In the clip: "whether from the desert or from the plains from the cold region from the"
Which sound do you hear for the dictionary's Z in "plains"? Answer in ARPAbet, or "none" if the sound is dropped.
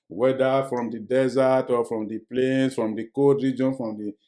S